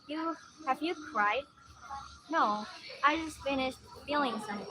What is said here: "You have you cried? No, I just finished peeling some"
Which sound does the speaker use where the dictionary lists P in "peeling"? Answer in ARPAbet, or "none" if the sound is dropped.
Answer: F